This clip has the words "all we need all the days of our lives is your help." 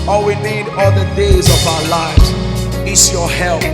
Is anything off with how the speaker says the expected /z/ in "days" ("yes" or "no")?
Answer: no